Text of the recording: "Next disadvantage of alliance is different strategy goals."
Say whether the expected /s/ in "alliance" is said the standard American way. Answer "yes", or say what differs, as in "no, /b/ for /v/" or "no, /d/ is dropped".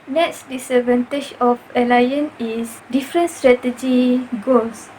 no, /s/ is dropped